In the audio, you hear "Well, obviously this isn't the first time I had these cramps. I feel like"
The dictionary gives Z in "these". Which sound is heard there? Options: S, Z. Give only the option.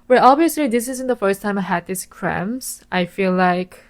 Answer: S